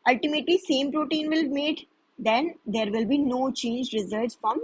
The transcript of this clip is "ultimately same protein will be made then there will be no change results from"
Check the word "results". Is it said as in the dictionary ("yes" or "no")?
no